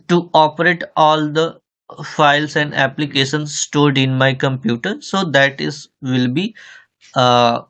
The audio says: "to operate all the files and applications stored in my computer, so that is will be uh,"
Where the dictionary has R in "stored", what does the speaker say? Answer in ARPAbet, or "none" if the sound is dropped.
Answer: R